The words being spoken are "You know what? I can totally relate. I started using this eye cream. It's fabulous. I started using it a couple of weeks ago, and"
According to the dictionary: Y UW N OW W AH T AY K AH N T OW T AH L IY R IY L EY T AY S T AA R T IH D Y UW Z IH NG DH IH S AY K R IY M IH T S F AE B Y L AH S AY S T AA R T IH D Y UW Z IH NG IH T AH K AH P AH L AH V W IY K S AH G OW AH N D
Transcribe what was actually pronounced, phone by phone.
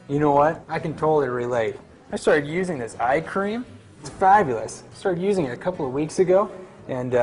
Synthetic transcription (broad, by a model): Y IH N OW W AH T AY K AH N T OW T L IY R IY L EY T AY S T AA R T IH D Y UW Z IH NG DH IH S AY K R IY M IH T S F AE B Y L AH S AY S T AA R T IH D Y UW Z IH NG IH T AH K AH P L AH V W IY K S AH G OW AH N